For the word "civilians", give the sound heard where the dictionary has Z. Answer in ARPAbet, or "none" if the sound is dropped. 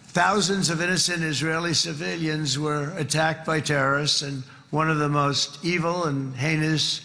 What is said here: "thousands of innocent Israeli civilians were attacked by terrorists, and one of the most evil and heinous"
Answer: Z